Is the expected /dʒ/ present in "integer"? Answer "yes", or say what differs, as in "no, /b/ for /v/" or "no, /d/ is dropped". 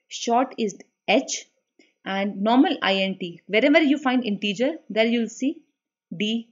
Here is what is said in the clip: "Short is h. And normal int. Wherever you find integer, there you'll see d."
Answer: yes